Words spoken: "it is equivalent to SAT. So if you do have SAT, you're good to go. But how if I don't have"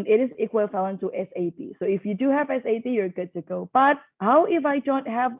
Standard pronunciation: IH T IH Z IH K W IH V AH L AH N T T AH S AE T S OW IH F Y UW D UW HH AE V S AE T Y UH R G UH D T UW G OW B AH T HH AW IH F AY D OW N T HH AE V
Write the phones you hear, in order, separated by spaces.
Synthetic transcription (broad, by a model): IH T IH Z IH K W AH F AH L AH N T T AH S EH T S OW IH F Y UW D UW HH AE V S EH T Y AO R G UH D T UW G OW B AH T HH AW IH F AY D OW N T HH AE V